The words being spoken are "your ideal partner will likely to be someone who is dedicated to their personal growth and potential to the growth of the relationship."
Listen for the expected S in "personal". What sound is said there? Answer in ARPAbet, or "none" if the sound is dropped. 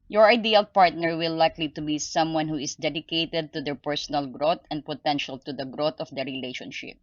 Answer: S